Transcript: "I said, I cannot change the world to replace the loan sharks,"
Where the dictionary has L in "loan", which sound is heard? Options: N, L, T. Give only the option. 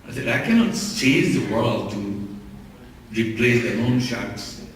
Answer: N